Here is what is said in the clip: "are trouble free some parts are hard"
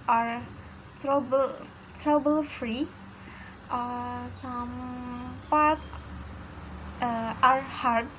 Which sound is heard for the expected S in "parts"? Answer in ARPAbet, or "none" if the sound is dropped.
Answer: none